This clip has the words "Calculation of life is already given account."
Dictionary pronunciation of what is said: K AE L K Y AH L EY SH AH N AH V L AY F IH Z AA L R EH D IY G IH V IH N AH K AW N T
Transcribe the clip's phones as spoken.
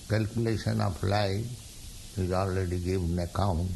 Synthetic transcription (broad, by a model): K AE L K Y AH L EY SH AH N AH P L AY IH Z AA L R EH D IY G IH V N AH K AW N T